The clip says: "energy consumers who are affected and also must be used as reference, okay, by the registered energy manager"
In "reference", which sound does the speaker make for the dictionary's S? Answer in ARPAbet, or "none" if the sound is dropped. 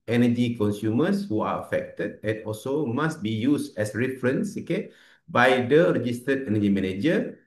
S